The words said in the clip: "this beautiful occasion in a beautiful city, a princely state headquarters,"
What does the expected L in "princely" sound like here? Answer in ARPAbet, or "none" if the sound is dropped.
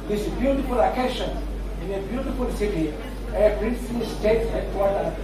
none